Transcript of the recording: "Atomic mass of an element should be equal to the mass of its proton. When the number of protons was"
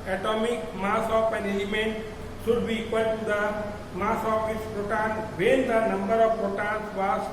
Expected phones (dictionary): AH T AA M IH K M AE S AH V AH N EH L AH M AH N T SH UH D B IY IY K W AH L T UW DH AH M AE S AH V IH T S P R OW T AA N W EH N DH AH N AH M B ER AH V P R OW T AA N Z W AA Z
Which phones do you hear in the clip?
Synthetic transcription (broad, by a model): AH T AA M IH K M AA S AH P AH N EH L AH M AH N T S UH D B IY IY K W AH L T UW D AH M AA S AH P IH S P R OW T AA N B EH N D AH N AH M B ER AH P R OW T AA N S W AA